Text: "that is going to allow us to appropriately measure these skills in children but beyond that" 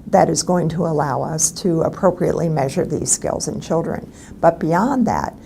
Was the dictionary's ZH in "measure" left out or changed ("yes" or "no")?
no